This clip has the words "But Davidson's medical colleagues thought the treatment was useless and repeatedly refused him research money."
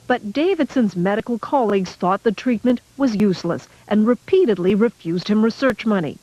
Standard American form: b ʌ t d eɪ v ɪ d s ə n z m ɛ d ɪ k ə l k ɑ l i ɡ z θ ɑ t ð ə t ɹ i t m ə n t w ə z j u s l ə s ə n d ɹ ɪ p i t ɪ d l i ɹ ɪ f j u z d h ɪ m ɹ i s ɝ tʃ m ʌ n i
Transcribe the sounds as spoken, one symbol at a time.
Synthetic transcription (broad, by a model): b ʌ t d eɪ v ɪ d s ə n z m ɛ d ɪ k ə l k ɑ l i ɡ z θ ɑ t ð ə t ɹ i t m ə n t w ə z j u s l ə s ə n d ɹ ɪ p i t ɪ d l i ɹ ɪ f j u z d h ɪ m ɹ i s ɝ tʃ m ʌ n i